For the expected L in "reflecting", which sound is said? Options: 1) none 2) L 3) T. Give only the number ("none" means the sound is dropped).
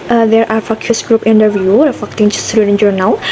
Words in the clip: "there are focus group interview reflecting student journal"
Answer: 1